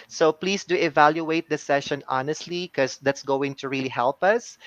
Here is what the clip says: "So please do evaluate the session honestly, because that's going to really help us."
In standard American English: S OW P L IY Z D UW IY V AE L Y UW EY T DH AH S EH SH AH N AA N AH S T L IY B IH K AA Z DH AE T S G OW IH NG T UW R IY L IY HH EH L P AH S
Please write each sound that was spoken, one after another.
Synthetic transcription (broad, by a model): S OW P L IY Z D UW IY V AE L Y UW EY T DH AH S EH SH AH N AA N AH S T L IY K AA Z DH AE T S G OW IH NG T UW R IY L IY HH EH L P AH S